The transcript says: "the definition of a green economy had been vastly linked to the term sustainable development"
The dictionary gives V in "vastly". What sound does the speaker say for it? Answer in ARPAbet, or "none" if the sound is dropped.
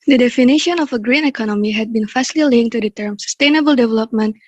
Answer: F